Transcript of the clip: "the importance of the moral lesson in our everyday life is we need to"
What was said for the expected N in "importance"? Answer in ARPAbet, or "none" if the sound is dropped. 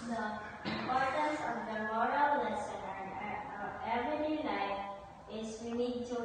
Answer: none